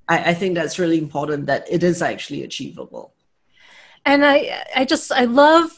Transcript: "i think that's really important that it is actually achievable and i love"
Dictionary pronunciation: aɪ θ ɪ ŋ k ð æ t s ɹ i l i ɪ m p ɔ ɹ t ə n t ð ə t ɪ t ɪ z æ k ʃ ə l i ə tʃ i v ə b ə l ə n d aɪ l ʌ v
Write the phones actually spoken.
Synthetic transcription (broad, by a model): aɪ θ ɪ ŋ k ð æ t s ɹ i l i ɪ m p ɔ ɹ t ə n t ð ə t ɪ t ɪ z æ k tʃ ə l i ə tʃ i v ə b ə l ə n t aɪ l ʌ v